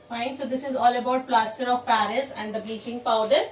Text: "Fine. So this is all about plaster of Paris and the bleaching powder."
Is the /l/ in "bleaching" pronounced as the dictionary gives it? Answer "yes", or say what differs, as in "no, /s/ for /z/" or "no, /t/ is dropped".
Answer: no, /l/ is dropped